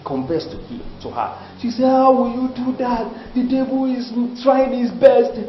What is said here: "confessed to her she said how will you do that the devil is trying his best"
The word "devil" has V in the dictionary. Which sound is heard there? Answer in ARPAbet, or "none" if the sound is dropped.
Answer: B